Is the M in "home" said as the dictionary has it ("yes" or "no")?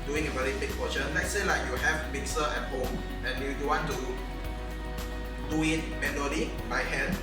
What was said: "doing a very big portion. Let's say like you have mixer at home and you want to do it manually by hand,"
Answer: no